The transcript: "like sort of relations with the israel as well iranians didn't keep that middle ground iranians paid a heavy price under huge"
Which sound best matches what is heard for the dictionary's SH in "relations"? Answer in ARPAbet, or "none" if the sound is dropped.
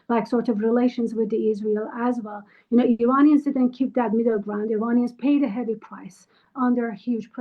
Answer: SH